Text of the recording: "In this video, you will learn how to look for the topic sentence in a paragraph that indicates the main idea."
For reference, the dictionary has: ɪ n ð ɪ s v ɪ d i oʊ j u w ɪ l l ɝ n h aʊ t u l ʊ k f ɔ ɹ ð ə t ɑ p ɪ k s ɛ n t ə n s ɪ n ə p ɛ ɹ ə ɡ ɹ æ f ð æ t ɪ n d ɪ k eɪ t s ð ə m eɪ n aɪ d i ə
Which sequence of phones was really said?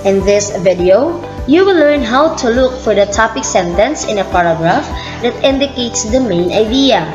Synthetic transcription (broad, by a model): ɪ n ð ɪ s v ɪ d i oʊ j u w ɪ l l ɝ n h aʊ t u l ʊ k f ɔ ɹ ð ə t ɑ p ɪ k s ɛ n t ə n s ɪ n ə p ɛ ɹ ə ɡ ɹ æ f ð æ t ɪ n d ɪ k eɪ t s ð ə m eɪ n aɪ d i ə